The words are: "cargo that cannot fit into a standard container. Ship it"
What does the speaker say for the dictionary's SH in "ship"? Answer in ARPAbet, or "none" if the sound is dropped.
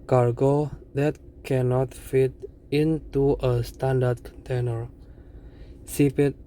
S